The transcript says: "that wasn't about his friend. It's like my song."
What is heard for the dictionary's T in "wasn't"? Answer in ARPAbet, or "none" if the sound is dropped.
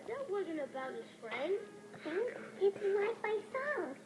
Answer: T